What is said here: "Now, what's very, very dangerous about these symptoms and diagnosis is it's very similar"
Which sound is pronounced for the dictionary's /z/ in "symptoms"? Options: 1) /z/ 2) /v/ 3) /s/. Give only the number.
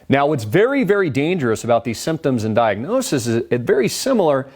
1